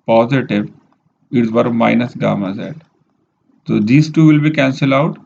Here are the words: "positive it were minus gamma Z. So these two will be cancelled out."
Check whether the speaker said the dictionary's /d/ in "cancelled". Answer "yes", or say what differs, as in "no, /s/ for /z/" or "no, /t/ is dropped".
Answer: no, /d/ is dropped